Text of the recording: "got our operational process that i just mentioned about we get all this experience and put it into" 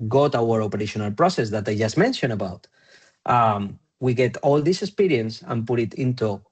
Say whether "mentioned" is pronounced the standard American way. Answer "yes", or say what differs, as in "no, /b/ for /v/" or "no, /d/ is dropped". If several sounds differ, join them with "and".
no, /d/ is dropped